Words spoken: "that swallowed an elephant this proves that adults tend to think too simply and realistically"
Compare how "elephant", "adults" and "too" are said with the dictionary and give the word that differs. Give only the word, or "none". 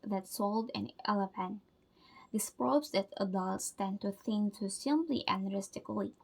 elephant